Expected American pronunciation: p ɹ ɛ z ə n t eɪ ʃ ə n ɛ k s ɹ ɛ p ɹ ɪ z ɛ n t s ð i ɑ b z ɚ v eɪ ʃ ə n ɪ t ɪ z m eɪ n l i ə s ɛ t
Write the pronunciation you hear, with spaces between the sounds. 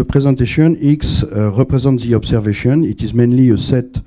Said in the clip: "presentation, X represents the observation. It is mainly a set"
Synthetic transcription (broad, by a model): p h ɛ z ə t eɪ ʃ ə n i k s ɹ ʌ p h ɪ z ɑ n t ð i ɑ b s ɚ v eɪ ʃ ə n ɪ t ɪ z m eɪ n l i ə s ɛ t